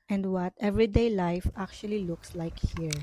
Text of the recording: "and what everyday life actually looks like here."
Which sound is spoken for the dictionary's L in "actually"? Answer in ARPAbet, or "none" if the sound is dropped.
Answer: L